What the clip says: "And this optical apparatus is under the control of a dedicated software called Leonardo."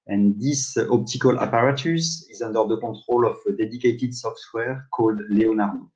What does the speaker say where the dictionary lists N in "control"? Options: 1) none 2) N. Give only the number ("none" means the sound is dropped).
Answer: 1